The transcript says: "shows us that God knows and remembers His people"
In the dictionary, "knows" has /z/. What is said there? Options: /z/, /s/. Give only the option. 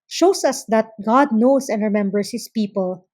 /s/